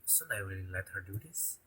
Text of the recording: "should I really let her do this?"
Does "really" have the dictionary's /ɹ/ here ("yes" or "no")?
no